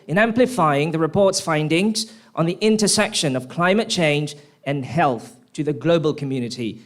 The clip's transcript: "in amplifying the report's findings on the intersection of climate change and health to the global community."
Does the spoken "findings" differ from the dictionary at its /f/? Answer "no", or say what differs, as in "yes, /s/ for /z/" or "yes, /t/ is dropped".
no